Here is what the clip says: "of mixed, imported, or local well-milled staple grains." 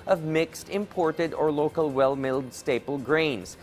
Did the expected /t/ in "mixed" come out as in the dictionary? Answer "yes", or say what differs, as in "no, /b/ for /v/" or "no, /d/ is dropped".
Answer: yes